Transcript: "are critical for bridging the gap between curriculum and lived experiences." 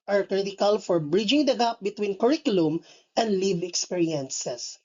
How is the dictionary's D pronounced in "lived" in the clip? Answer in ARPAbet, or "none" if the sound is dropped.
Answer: none